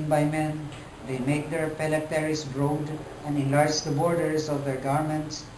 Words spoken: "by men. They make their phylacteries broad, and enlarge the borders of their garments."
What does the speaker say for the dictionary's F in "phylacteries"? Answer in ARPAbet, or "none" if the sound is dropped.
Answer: P